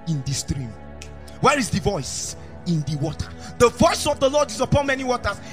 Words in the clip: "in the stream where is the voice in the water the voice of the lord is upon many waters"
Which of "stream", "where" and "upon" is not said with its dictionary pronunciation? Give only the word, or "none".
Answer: none